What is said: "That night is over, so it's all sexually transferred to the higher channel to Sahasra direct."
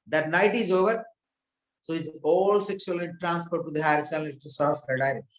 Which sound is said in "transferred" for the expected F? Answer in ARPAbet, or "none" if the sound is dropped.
P